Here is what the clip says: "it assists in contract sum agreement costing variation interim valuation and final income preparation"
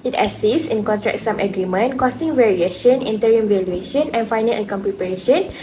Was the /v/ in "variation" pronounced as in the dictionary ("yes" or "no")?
yes